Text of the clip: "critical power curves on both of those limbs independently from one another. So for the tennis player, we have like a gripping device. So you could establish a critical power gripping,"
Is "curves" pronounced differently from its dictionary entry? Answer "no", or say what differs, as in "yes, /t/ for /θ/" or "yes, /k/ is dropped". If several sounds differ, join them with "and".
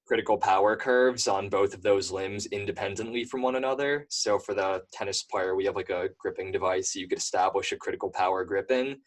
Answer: no